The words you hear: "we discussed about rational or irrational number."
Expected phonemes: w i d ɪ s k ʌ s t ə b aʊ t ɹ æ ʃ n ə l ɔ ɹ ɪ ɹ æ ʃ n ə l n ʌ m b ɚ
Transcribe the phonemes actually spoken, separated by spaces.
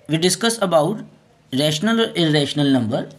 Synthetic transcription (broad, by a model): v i d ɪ s k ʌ s ə b aʊ t ɹ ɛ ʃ n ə l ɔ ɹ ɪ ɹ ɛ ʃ n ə l n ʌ m b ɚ